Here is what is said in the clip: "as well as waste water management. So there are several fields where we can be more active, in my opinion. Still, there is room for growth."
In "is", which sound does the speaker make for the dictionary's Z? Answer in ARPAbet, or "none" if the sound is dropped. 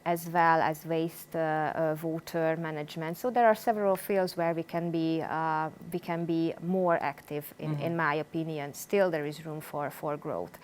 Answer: Z